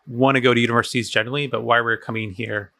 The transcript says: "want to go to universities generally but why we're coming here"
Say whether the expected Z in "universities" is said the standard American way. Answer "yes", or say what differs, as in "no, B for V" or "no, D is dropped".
yes